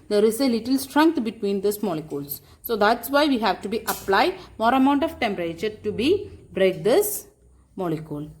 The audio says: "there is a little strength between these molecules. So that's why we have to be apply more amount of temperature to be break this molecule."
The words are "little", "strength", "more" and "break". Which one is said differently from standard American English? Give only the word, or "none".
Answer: strength